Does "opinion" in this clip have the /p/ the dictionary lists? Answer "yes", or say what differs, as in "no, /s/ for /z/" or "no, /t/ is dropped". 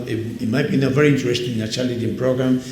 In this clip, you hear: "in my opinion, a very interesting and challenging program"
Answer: no, /p/ is dropped